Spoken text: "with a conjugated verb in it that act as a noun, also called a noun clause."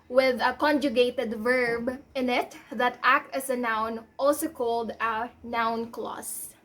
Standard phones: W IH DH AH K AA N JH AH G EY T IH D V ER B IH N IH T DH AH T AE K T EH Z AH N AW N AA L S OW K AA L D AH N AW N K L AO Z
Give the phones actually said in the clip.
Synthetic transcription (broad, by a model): W IH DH AH K AA N JH AH G EY T IH D V ER B IH N IH T DH AH T AE K T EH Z AH N AW N AA L S OW K AA L D AH N AW N K L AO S